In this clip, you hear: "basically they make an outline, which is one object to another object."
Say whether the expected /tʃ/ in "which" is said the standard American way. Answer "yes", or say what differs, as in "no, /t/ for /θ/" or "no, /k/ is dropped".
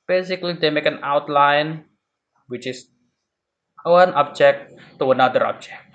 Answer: yes